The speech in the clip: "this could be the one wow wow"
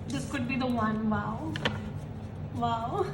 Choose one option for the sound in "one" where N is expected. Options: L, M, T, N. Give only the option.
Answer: N